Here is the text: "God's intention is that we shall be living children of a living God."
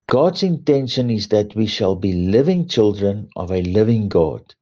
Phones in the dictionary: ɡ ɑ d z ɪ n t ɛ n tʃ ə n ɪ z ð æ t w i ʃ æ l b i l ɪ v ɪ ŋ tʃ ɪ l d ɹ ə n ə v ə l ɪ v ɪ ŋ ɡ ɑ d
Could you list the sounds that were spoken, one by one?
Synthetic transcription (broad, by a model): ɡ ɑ d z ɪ n t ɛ n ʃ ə n ɪ z ð æ t w i ʃ æ l b i l ɪ v ɪ ŋ tʃ ɪ l d ɹ ə n ə v ə l ɪ v ɪ ŋ ɡ ɑ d